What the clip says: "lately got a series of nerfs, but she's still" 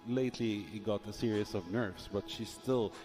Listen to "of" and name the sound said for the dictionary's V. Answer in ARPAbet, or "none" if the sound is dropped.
V